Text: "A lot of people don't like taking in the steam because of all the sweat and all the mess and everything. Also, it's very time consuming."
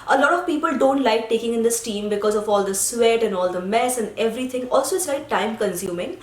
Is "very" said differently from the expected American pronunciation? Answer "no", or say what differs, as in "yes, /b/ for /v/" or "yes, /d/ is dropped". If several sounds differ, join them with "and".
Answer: yes, /ɹ/ is dropped